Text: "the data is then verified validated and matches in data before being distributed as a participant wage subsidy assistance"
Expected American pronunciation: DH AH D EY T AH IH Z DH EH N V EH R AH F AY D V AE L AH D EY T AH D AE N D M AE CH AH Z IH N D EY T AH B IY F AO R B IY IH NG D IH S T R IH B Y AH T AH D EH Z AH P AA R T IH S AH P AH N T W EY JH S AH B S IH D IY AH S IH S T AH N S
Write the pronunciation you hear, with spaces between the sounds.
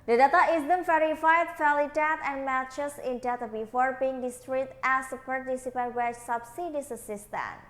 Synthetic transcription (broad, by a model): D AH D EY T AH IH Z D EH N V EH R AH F AY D F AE L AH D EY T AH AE N M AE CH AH S IH N D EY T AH B IY F AO R B IY IH NG D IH S T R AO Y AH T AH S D AH P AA R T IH S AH P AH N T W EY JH S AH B S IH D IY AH S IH S T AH N